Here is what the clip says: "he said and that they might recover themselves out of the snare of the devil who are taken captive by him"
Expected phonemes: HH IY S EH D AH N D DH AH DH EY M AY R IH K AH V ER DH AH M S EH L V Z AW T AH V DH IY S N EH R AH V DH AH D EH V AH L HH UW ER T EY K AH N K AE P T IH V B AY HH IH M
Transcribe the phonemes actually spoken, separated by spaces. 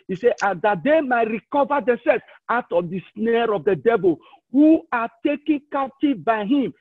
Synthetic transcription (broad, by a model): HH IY S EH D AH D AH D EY M AY R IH K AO V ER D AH S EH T AW T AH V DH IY S N EH R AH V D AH D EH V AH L HH UW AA T EY K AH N K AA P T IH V B AY HH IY M